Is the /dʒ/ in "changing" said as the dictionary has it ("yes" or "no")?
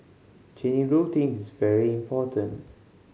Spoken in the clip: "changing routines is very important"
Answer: no